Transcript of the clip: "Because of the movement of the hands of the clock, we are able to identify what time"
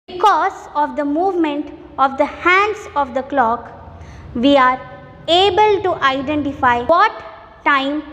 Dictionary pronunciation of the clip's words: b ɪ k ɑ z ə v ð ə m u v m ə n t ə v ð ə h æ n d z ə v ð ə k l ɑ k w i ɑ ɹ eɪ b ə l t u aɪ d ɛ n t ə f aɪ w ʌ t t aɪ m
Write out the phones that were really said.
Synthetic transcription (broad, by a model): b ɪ k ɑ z ə v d ə m u v m ə n t ə v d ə h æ n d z ə v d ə k l ɑ k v i ɑ ɹ eɪ b ə l t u aɪ d ɛ n t ə f aɪ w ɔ t t aɪ m